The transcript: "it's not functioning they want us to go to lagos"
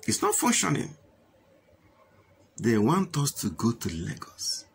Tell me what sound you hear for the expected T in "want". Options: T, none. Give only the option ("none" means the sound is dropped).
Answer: T